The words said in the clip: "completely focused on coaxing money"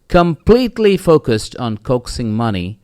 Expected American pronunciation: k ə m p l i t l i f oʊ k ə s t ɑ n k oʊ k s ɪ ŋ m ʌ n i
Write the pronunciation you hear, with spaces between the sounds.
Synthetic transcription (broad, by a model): k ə m p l i t l i f oʊ k ə s t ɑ n k oʊ k s ɪ ŋ m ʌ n i